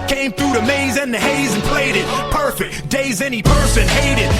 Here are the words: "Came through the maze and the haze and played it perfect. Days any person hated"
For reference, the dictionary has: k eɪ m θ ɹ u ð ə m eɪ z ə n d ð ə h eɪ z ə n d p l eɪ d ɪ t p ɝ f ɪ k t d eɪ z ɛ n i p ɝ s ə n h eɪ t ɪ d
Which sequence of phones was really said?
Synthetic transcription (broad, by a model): k eɪ m θ ɹ u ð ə m eɪ z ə n ð ə h eɪ z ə n p l eɪ d ɪ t p ɝ f ɪ k t d eɪ z ɛ n i p ɝ s ə n h eɪ t ɪ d